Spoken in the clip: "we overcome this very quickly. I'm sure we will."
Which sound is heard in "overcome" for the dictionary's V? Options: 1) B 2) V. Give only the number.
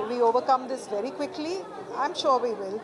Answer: 2